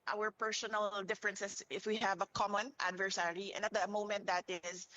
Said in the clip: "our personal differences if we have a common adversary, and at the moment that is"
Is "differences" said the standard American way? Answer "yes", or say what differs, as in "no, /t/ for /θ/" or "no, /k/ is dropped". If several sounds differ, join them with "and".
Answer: no, /s/ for /z/